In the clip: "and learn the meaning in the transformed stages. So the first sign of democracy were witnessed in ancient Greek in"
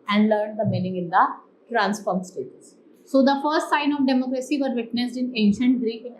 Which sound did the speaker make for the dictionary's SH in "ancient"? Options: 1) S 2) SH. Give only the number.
2